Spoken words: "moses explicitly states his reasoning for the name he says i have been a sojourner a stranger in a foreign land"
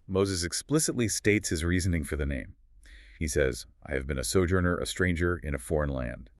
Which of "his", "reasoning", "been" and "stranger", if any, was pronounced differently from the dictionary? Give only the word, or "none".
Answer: none